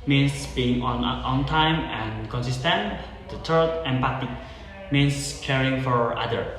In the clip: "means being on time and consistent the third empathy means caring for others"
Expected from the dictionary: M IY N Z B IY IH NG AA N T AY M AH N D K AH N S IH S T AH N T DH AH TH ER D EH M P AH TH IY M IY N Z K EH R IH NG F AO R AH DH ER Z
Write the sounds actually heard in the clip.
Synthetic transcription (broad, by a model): M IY N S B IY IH NG AA N T AY M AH N K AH N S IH S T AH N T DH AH T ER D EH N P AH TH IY M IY N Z K EH R IH NG F AO R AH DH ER